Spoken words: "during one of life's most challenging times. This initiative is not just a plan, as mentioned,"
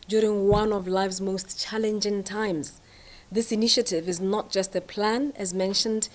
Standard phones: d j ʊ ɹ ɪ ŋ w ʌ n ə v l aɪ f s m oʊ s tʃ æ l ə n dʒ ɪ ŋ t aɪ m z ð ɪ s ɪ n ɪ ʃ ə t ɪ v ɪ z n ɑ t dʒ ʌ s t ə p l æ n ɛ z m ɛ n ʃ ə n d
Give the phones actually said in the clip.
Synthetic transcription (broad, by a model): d j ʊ ɹ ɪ ŋ w ʌ n ə v l aɪ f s m oʊ s tʃ æ l ə n dʒ ɪ ŋ t aɪ m z ð ɪ s ɪ n ɪ ʃ ə t ɪ v ɪ z n ɑ t dʒ ʌ s t ə p l æ n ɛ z m ɛ n ʃ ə n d